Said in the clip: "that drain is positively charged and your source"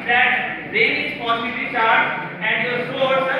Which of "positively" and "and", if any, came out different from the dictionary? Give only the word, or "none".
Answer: positively